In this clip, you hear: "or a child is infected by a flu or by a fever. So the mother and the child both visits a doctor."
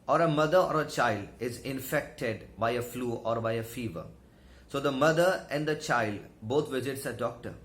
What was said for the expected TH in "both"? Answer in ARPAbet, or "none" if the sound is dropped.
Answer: T